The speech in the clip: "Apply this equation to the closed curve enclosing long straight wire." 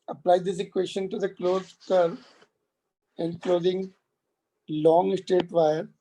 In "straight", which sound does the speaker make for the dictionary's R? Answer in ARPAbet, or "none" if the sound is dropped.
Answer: none